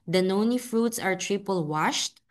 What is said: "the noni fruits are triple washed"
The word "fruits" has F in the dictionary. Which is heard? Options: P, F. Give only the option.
F